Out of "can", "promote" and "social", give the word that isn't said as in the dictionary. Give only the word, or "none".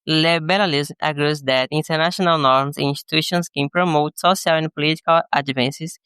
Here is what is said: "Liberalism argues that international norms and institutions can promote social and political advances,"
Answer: social